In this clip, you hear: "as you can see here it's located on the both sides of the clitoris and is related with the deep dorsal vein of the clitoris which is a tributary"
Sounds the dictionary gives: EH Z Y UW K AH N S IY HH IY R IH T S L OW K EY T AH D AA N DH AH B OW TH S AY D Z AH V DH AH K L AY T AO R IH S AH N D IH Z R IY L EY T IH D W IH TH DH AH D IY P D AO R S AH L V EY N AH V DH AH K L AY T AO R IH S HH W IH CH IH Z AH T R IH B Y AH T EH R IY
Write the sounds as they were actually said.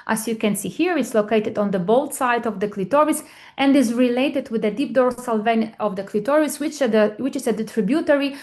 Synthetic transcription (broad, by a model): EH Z Y UW K AH N S IY HH IY R IH T S L OW K EY T AH D AA N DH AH B OW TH S AY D AH V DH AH K L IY T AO R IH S AH N D IH Z R IY L EY T IH D W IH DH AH D IY P D AO R S AH L V EY N AH V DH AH K L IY T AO R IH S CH W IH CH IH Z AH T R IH B Y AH T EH R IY